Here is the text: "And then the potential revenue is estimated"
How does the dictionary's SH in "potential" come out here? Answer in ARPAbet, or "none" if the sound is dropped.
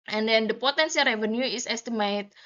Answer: S